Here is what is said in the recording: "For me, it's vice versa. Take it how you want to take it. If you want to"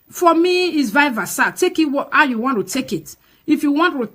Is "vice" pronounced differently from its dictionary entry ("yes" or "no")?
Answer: yes